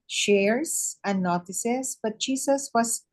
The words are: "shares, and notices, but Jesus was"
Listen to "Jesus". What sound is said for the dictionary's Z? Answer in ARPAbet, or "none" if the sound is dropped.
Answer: S